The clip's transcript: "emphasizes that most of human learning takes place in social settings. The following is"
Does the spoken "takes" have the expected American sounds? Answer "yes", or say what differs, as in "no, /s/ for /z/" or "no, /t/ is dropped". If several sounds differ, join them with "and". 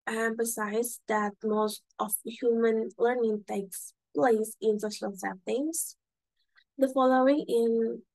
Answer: yes